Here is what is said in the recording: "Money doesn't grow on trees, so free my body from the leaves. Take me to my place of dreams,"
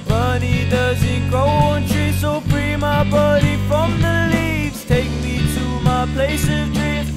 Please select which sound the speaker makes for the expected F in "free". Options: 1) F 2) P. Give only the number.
2